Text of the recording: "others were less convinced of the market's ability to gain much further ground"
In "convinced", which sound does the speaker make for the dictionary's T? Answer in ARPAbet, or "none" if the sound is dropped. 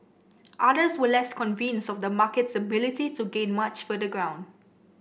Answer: none